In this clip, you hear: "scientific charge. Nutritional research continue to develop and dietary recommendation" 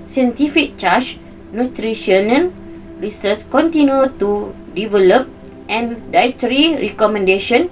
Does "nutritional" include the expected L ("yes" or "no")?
no